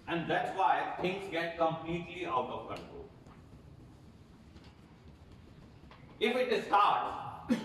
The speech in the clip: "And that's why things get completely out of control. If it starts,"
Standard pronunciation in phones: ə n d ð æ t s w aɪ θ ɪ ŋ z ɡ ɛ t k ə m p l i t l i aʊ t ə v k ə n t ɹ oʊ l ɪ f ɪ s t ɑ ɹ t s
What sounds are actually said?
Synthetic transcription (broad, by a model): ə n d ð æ t s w aɪ t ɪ ŋ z ɡ ɛ t k ə m p l i t l i aʊ t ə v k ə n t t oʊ ɪ f ɪ t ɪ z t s